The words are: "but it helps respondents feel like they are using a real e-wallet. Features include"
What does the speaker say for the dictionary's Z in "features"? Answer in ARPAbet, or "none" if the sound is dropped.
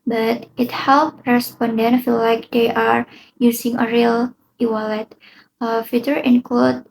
none